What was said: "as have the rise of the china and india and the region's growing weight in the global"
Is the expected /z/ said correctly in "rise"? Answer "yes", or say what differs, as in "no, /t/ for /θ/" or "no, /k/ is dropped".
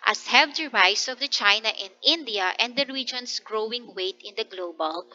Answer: no, /s/ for /z/